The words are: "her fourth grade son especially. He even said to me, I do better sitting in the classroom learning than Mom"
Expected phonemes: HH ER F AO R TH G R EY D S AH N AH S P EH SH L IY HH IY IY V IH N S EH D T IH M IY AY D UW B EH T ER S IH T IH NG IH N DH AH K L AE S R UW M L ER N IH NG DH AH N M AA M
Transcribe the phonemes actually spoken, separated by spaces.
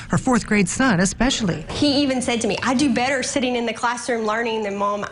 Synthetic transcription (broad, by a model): HH ER F AO R TH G R EY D S AH N AH S P EH SH L IY HH IY IY V IH N S EH D T IH M IY AY D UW B EH T ER S IH T IH NG IH N DH AH K L AE S R UW M L ER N IH NG DH AH N M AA M